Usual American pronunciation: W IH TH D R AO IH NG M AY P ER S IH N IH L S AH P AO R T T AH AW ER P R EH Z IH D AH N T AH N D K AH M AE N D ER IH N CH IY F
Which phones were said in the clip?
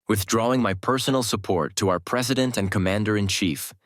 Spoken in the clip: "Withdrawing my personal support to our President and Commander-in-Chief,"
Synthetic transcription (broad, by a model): W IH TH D R AO IH NG M AY P ER S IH N L S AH P AO R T T AH AW ER P R EH Z IH D AH N T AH N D K AH M AE N D ER IH N CH IY F